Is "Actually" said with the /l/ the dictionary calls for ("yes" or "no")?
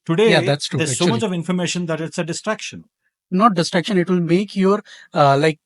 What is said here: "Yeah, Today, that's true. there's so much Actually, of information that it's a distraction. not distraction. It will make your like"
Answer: no